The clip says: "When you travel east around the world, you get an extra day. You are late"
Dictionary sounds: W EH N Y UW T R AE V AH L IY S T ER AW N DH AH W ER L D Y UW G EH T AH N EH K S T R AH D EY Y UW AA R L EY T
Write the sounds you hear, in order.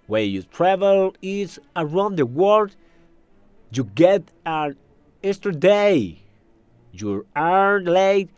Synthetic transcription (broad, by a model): W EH Y UW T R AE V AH L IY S ER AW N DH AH W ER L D Y UW G EH T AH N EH S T AH D EY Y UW AA R L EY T